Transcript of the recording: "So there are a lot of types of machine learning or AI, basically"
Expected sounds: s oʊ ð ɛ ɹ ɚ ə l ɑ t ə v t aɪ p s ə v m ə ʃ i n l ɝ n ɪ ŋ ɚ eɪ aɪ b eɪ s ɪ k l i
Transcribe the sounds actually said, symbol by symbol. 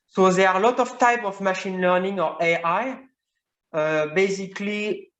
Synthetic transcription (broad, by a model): s oʊ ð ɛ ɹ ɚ ə l ɑ t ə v t aɪ p ə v m ə ʃ i n l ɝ n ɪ ŋ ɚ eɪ aɪ b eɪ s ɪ k l i